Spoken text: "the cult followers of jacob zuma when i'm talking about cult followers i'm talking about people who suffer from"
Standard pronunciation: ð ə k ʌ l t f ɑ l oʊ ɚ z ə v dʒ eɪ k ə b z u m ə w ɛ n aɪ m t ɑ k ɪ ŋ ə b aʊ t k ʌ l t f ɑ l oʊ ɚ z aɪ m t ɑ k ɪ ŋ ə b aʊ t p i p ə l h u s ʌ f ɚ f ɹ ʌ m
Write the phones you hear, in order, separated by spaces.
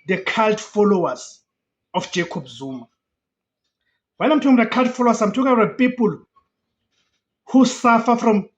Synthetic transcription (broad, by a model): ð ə k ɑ l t f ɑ l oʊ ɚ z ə f dʒ eɪ k ə b z u m ə w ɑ l aɪ m t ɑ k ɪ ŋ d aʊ k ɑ l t f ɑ l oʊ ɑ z aɪ m t ɑ k ɪ ŋ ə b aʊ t p i p ə l h u s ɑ f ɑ f ɹ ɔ m